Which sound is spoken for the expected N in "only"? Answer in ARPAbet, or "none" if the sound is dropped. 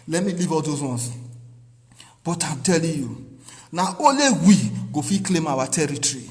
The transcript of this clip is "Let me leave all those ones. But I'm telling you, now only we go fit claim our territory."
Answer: none